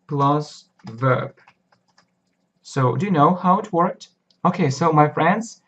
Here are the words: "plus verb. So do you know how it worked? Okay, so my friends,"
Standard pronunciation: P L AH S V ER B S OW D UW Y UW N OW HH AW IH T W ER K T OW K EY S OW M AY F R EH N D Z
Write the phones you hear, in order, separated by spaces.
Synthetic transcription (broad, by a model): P L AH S V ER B S OW D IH Y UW N OW HH AW IH T W ER K T OW K EY S OW M AY F R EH N D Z